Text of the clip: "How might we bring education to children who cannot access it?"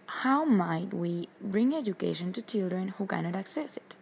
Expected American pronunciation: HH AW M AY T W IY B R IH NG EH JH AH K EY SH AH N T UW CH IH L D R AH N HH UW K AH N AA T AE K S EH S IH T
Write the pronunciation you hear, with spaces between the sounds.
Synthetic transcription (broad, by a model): HH AW M AY T W IY B R IH NG EH JH AH K EY SH AH N T UW CH IH L D R AH N HH UW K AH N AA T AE K S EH S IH T